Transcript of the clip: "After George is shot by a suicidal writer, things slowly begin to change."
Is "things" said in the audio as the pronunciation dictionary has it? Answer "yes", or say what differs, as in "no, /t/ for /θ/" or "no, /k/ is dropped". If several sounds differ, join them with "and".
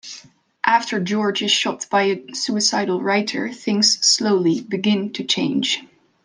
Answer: yes